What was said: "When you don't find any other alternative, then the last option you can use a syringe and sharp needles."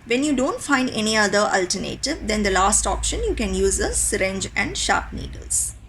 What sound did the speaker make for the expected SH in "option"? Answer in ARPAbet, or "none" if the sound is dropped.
SH